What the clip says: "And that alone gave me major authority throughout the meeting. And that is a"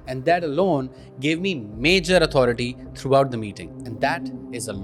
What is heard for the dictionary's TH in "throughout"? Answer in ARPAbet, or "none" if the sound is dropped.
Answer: T